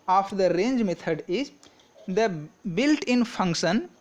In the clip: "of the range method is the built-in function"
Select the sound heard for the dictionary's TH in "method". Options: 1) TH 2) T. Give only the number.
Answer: 2